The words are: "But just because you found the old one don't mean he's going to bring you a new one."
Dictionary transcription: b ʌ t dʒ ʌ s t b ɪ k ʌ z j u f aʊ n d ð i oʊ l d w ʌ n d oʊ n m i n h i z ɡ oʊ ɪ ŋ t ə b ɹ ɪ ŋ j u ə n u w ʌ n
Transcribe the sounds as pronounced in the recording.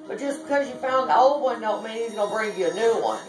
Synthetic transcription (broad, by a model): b ʌ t ʒ ʌ s b ɪ k ʌ z j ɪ f aʊ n ð i oʊ l d w ʌ n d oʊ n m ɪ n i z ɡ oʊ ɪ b ɹ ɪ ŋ j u ə n u w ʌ n